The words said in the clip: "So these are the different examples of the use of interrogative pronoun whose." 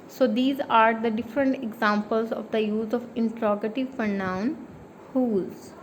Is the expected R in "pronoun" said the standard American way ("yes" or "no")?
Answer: no